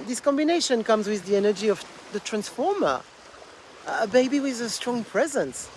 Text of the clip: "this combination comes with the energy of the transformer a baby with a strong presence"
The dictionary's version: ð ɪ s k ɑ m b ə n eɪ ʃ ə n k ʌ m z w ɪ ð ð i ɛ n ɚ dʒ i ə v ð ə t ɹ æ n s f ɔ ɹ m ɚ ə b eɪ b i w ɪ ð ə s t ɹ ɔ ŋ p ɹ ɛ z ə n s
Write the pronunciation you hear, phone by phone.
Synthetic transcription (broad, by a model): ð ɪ s k ɑ m b ə n eɪ ʃ ə n k ʌ m z w ɪ ð ð i ɛ n ɚ dʒ i ə v ð ə t ɹ æ n s f ɔ ɹ m ɚ ə b eɪ b i w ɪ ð ə s t ɹ ɔ ŋ p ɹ ɛ z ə n s